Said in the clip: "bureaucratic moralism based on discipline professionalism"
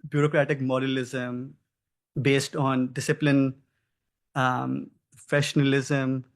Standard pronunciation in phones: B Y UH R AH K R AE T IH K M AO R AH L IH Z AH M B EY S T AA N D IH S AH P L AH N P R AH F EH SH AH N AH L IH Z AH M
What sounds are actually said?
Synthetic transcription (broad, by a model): B Y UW R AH K R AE T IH K M AO R AH L IH Z AH M B EY S T AA N D IH S AH P L AH N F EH SH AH N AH L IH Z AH M